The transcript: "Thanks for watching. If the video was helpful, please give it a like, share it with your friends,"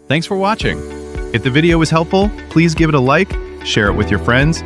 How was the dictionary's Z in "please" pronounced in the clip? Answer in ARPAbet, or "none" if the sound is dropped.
Z